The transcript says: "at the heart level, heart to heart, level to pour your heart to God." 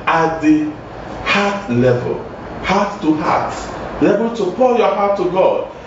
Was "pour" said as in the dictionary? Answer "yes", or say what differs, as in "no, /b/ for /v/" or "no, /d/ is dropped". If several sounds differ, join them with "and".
no, /l/ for /ɹ/